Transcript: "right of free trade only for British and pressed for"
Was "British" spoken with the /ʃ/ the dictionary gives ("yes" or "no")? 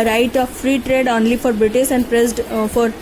no